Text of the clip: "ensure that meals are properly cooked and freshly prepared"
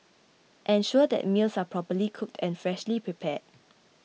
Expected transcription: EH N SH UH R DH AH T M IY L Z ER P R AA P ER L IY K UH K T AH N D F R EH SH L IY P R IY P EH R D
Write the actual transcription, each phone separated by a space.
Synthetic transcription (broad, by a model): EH N SH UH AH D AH T M IY L S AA P R AA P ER L IY K UH K T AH N F R EH SH L IY P R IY P EH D